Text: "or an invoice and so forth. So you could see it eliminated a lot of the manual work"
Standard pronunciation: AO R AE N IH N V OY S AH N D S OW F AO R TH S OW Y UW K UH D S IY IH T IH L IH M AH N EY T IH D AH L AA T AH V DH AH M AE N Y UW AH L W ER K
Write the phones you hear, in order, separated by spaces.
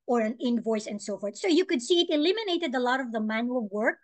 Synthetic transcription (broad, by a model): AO R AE N IH N V OY S AH N D S OW F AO R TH S OW Y UW K UH D S IY IH T IH L IH M AH N EY T IH D AH L AA T AH V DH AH M AE N Y UW AH L W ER K